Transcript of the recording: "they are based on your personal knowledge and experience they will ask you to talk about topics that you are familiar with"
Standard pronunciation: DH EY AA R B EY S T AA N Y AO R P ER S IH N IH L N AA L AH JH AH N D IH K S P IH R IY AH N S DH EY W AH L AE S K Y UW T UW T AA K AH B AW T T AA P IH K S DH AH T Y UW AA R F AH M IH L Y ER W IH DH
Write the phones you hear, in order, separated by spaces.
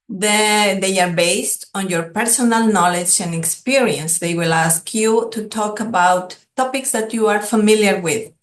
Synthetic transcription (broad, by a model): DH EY AA R B EY S T AA N Y AO R P ER S IH N IH L N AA L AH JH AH N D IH K S P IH R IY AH N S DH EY W AH L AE S K Y UW T UW T AA K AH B AW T T AA P IH K S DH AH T Y UW AA R F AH M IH L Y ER W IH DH